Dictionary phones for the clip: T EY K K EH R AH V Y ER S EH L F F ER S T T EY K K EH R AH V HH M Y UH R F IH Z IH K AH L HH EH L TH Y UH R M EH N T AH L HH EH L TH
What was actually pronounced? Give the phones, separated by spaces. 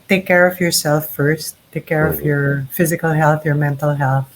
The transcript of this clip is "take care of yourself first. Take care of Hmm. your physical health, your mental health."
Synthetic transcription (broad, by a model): T EY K K EH R AH V Y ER S EH L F F ER S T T EY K K EH R AH V Y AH R F IH Z IH K AH L HH EH L TH Y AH R M EH N T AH L HH EH L TH